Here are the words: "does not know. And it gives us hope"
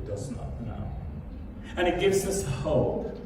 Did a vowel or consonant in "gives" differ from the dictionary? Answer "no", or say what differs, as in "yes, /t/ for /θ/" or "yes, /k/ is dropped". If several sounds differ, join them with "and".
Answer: no